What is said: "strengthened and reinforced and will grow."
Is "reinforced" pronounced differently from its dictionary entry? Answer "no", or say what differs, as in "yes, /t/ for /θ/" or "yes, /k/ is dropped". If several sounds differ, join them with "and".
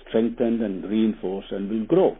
yes, /t/ is dropped